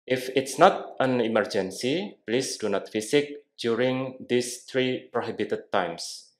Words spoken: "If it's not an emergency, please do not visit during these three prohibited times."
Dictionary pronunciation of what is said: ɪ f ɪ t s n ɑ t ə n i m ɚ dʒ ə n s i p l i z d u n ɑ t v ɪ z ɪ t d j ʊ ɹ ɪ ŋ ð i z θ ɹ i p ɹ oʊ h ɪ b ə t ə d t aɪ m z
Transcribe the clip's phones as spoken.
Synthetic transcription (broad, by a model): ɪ f ɪ t s n ɑ t ə n i m ɚ dʒ ə n s i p l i s d u n ɑ t f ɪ s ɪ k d j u ɹ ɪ ŋ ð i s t ɹ i p ɹ oʊ h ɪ b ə t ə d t aɪ m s